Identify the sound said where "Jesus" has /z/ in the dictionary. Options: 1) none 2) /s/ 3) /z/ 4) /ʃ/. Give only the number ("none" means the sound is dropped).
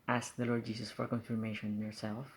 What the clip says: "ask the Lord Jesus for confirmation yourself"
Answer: 2